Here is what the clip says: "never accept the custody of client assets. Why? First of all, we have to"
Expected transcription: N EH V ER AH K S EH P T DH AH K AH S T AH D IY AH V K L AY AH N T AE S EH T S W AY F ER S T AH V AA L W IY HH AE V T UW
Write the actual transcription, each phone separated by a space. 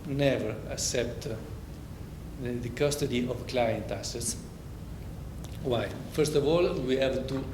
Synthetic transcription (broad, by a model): N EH V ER AH K S EH P T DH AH K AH S T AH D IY AH V K L AY AH N T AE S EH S W AY F ER S T AH V AA L W IY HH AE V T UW